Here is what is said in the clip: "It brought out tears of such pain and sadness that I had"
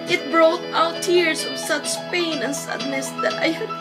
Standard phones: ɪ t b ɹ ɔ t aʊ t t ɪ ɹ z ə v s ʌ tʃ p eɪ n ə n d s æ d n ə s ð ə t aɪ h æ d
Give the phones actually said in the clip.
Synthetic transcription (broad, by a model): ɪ t b ɹ ɔ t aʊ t t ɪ ɹ s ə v s ʌ tʃ p eɪ n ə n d s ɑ d n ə s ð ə t aɪ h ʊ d